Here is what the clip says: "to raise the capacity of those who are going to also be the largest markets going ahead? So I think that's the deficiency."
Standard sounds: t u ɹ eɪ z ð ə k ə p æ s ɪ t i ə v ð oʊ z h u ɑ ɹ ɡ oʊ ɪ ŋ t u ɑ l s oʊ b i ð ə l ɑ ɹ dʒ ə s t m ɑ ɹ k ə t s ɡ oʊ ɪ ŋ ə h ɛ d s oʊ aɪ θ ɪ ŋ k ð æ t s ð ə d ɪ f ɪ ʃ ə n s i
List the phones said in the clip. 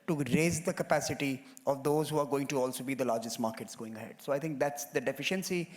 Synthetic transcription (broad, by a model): t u ɹ eɪ z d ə k ə p æ s ɪ t i ə v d oʊ z h u ɑ ɹ ɡ oʊ ɪ ŋ t u ɑ l s oʊ b i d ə l ɑ ɹ dʒ ə s t m ɑ ɹ k ə t s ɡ oʊ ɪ ŋ ə h ɛ d s oʊ aɪ t ɪ ŋ k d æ t s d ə d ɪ f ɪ ʃ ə n s i